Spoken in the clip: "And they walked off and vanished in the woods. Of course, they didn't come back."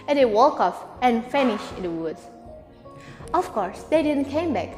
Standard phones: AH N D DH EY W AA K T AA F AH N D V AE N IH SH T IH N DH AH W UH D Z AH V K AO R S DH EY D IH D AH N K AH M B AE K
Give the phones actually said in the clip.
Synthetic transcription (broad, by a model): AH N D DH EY W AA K AA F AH N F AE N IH SH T IH N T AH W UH D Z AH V K AO R S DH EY D IH D AH N K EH M B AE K